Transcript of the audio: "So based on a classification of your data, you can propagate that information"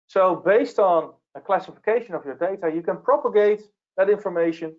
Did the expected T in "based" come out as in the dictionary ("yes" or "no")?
yes